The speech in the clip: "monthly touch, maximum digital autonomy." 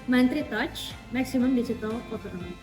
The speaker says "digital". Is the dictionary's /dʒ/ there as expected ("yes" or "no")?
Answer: no